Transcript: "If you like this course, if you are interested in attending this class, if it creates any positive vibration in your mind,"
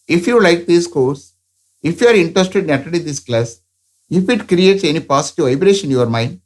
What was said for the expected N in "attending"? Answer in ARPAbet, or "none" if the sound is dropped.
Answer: none